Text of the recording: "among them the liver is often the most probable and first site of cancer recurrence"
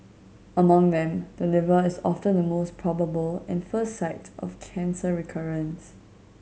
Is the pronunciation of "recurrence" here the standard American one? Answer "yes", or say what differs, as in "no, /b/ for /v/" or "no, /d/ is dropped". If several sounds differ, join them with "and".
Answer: yes